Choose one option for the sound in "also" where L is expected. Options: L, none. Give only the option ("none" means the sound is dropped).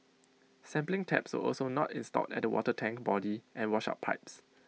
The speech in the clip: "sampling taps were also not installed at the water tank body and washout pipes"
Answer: L